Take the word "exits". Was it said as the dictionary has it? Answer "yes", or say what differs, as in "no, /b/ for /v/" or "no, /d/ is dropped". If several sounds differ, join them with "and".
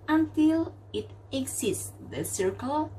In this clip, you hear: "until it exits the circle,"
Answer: no, /s/ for /t/